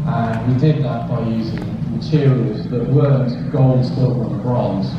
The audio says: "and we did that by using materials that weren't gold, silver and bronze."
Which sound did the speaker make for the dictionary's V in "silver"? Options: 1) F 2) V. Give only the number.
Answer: 1